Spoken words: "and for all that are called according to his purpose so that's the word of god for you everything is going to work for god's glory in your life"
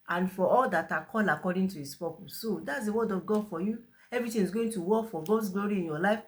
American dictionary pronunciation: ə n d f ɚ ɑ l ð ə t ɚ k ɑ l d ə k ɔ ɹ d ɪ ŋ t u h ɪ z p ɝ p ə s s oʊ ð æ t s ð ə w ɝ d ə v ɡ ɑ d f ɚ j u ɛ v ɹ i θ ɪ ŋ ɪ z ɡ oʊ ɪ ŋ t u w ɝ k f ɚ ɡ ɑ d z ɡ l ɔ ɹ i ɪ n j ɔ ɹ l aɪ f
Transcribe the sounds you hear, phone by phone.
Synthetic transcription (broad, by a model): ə n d f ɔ ɑ l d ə t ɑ k ɑ l ə k ɔ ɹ d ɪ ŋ t u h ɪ s p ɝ p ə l s oʊ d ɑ t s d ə w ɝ d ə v ɡ ɑ d f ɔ j u ɛ v ɹ i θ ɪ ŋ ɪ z ɡ oʊ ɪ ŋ t u w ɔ k f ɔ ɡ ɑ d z ɡ l ɔ ɹ i ɪ n j ɔ l aɪ f